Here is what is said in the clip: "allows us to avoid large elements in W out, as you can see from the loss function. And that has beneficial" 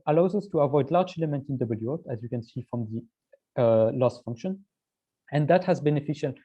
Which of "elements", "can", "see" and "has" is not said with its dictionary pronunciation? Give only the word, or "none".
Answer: elements